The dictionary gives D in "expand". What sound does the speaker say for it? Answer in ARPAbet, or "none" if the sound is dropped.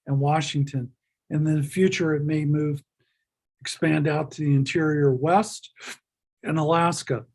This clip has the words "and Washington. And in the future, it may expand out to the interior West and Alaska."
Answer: D